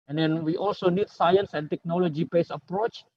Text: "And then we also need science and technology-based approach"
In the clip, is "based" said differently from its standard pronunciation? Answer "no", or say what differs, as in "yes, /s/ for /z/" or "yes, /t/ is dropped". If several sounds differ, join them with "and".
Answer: yes, /t/ is dropped